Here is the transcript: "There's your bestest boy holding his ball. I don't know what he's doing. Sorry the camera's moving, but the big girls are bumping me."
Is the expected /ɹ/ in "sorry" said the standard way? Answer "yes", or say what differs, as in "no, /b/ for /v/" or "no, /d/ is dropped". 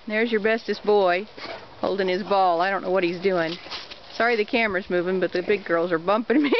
yes